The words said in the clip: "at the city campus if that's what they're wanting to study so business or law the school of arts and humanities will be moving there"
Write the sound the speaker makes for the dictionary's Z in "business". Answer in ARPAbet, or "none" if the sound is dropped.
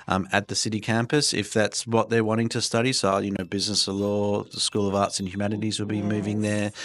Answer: Z